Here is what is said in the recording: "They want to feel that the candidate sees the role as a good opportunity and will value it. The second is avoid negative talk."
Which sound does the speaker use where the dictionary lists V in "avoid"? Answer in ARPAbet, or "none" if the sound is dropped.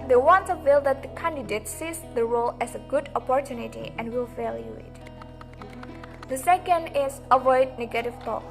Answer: V